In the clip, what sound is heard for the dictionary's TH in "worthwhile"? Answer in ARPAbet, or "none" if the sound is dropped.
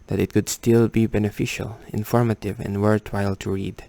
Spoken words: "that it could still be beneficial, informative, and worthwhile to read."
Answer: T